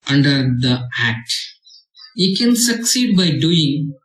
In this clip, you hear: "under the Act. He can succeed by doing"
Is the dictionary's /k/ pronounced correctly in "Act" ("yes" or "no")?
yes